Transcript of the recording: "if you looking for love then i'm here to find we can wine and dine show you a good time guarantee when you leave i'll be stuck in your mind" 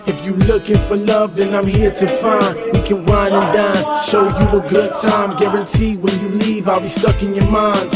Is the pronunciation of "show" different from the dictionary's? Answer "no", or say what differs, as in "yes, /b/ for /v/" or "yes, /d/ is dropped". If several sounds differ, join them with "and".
yes, /s/ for /ʃ/